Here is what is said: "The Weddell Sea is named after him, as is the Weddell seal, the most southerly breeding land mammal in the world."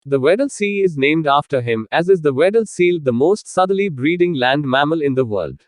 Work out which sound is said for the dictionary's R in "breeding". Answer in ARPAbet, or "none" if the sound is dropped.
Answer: R